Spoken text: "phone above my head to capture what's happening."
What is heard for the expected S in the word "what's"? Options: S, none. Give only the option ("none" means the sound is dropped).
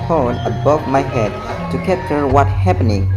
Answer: none